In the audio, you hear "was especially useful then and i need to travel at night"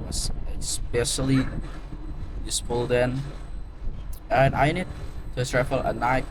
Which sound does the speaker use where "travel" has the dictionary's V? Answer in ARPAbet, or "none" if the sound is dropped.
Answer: F